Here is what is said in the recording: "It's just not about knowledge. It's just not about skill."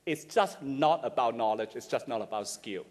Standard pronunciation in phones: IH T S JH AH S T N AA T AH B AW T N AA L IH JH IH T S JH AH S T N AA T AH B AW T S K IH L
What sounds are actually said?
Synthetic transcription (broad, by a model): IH T S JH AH S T N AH T AH B AW T N AA L IH JH IH T S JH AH S N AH T AH B AW T S K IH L